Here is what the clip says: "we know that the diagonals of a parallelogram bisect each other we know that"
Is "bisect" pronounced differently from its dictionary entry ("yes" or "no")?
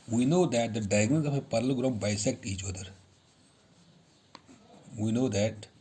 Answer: no